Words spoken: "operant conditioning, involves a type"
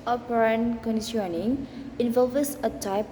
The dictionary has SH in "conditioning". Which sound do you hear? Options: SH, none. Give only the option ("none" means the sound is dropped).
none